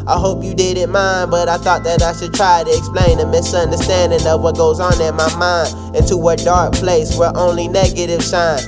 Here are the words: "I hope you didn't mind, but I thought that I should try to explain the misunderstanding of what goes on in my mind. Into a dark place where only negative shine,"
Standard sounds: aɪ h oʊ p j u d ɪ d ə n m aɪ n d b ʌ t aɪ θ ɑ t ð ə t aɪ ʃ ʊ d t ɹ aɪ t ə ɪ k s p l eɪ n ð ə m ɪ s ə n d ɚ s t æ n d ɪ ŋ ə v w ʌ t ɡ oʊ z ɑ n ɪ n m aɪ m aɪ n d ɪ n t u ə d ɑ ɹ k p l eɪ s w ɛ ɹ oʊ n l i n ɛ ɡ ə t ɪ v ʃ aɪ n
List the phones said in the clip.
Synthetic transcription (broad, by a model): aɪ h oʊ p j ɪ d ɪ d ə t m aɪ n d b ʌ t aɪ θ ɑ t ð ə t aɪ ʃ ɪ d t ɹ aɪ t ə ɪ k s p l eɪ n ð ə m ɪ s ə n d ɚ s t æ n d ɪ ŋ ə v w ʌ t ɡ oʊ z n ɪ n m aɪ m aɪ n d ɪ n t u ə d ɑ ɹ k p l eɪ s w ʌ ɹ oʊ n l i n ɛ ɡ ə t ɪ v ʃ aɪ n